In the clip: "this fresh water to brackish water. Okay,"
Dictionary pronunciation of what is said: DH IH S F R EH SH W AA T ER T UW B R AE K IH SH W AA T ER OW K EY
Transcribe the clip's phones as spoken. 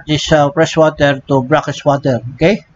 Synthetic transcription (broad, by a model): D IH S P R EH S W AA T ER T UW B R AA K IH S W AA T ER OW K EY